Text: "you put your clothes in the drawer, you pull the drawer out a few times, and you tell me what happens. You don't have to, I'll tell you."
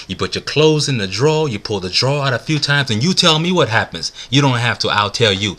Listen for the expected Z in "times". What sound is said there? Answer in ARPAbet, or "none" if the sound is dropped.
Z